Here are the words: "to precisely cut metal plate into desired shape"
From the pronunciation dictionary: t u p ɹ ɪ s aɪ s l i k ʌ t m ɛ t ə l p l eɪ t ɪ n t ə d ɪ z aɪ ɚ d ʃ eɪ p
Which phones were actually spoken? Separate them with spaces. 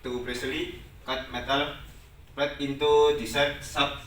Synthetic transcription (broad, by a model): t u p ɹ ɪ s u l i k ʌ t m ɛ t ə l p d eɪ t ɪ n t ə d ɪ s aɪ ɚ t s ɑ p